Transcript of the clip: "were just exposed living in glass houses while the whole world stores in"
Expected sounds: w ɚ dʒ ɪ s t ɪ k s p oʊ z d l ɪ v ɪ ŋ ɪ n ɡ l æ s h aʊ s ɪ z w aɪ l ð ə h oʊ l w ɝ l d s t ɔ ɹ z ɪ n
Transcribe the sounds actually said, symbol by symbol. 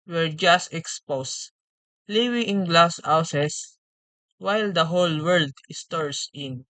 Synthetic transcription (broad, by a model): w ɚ dʒ ɪ s t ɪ k s p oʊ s l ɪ w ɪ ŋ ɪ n ɡ l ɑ s h aʊ s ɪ s w aɪ l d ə h oʊ l w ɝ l d s t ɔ ɹ s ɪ n